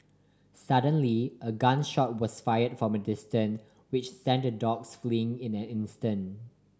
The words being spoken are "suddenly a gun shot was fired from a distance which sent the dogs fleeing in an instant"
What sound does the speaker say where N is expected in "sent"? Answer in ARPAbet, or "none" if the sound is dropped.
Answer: N